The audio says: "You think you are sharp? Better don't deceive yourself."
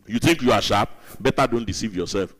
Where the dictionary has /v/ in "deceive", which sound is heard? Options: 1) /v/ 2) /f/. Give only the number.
1